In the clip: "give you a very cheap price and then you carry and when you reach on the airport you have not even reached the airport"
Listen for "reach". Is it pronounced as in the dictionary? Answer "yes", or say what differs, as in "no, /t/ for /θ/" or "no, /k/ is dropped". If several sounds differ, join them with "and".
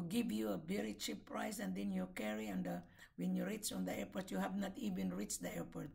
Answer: no, /s/ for /tʃ/